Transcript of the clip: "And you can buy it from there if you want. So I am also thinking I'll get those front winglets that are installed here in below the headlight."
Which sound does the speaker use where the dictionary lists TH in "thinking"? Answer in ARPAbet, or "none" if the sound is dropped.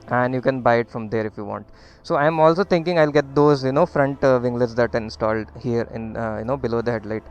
T